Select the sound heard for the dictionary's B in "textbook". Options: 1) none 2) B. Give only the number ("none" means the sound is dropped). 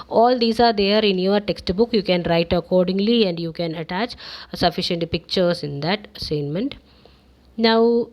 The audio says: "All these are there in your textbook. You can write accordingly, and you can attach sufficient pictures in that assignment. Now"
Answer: 2